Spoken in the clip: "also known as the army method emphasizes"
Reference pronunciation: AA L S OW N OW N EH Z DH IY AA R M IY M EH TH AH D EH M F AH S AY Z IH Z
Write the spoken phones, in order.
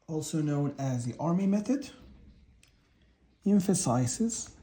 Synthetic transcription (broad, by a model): AA L S OW N OW N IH Z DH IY AA R M IY M EH TH AH D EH M F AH S AY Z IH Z